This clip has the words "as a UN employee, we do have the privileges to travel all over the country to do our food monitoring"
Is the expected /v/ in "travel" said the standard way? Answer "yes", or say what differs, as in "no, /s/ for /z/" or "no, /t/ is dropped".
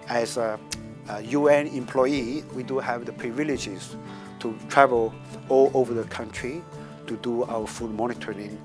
yes